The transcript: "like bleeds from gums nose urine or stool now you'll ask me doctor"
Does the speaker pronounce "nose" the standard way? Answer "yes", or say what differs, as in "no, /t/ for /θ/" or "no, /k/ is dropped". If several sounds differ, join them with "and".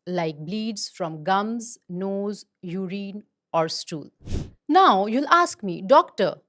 yes